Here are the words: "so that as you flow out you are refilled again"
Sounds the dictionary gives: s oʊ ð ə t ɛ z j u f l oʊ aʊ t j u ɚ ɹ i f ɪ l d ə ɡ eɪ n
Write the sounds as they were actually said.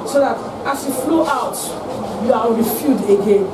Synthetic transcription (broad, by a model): s oʊ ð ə t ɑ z j u f l oʊ aʊ t j u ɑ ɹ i f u d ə ɡ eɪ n